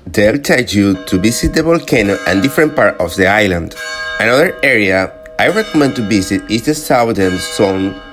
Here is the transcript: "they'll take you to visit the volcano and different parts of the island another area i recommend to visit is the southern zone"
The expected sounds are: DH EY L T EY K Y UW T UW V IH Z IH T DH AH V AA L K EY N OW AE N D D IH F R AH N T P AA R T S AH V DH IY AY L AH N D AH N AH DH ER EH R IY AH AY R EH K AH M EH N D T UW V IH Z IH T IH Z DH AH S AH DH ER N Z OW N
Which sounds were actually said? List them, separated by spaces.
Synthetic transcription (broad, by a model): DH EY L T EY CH Y UW T UW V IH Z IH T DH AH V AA L K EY N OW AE N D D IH F R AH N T P AA R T AH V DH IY AY L AH N D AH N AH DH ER EH R IY AH AY R EH K AH M EH N D T UW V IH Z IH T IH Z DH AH S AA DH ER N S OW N